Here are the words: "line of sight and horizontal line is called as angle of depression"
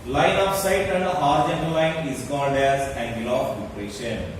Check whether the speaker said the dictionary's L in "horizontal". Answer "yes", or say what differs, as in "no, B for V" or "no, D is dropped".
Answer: no, N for L